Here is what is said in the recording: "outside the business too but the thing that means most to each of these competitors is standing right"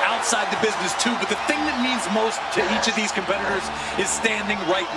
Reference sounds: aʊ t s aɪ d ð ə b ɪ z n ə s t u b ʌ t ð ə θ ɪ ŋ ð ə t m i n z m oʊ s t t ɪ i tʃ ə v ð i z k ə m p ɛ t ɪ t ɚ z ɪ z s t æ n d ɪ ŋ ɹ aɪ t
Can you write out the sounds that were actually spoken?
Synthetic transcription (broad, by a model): aʊ t s aɪ d ð ə b ɪ z n ə s t u b ʌ t ð ə θ ɪ ŋ ð ə t m i n z m oʊ s t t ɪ i tʃ ə v ð i z k ə m p ɛ t ɪ t ɚ z ɪ z s t æ n d ɪ ŋ ɹ aɪ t